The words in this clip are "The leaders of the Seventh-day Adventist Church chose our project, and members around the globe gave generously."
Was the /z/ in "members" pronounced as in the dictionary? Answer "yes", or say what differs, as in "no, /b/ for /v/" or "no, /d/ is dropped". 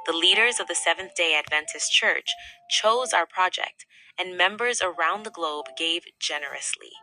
yes